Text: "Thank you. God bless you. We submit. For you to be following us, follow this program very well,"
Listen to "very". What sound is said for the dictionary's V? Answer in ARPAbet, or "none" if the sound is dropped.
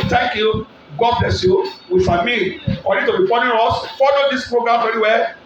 F